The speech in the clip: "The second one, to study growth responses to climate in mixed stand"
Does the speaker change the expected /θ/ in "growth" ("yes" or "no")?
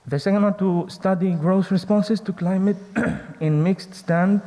yes